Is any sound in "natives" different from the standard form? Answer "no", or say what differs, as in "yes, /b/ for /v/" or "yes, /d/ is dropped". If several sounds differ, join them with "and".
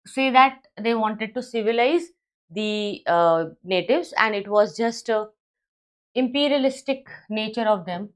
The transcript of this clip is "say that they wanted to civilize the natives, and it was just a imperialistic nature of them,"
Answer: no